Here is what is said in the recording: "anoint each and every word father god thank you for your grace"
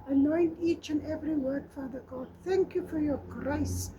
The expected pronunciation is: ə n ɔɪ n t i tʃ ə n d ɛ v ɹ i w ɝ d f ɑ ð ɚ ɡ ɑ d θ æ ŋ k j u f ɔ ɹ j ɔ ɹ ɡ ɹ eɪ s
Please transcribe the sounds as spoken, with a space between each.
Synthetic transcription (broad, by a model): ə n ɔɪ n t i tʃ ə n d ɛ v ɹ i w ɝ d f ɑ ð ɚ ɡ ɑ d θ æ ŋ k j u f ɔ ɹ j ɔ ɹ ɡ ɹ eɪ s